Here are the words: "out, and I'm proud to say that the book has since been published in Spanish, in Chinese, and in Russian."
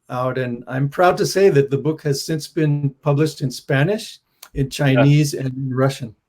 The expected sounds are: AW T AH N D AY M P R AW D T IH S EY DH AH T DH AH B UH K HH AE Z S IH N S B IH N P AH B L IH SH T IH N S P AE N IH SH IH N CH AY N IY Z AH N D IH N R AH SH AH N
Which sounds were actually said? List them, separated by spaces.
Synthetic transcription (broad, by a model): AW T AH N AY M P R AW D T IH S EY DH AH T DH AH B UH K HH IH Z S IH N S B IH N P AH B L IH SH T IH N S P AE N IH SH IH N CH AY N IY Z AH N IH N R AH SH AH N